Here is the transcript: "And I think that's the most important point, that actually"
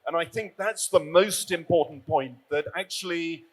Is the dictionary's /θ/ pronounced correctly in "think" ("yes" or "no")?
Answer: yes